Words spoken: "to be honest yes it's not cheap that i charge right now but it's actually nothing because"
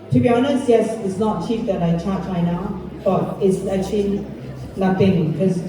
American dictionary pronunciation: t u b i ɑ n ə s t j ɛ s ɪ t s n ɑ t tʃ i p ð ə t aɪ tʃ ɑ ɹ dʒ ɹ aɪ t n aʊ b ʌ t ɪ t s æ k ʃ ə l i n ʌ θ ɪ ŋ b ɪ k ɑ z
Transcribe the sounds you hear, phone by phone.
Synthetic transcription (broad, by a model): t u b i ɑ n ə s t j ɛ s ɪ t s n ɑ t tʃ i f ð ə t aɪ tʃ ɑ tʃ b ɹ aɪ n aʊ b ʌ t ɪ t s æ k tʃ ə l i l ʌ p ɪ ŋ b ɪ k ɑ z